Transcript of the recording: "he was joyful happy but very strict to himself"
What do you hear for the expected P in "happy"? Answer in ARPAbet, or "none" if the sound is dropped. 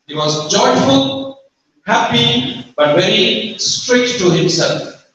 P